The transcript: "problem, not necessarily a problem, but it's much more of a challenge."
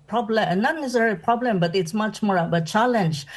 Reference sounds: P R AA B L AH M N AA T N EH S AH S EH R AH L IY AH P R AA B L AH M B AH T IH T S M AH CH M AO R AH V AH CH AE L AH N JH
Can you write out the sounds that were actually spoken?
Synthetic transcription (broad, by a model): P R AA B L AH N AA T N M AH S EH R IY P R AA B L AH M B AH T IH T S M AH CH M AO R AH B AH CH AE L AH N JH